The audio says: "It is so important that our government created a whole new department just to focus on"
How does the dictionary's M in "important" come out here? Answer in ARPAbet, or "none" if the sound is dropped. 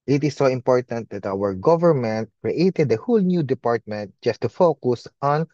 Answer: M